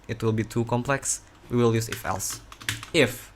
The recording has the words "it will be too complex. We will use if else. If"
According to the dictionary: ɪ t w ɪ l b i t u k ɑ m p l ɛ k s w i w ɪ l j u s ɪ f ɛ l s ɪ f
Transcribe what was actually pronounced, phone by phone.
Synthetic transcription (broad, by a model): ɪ t w ɪ l b i t u k ɑ m p l ɛ k s w i w ɪ l j u s ɪ f ɛ l s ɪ f